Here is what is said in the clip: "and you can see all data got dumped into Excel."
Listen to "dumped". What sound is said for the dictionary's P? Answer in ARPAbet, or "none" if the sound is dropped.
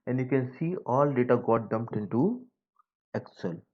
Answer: P